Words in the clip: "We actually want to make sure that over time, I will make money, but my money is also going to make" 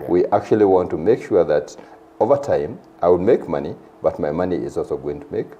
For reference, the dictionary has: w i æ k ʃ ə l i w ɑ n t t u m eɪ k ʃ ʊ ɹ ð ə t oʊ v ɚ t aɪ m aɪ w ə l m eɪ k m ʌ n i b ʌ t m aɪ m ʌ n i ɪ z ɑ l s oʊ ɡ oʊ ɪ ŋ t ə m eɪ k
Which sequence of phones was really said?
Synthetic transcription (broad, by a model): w i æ k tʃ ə l i w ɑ n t t u m eɪ k ʃ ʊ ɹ ð ə t oʊ v ɚ t aɪ m aɪ w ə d m eɪ k m ʌ n i b ʌ t m aɪ m ʌ n i ɪ z ɑ l s oʊ ɡ oʊ ɪ ŋ t ə m eɪ k